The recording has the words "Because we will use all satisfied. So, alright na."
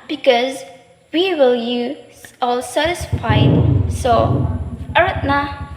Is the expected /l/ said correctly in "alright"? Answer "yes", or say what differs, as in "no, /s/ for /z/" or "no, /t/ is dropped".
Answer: no, /l/ is dropped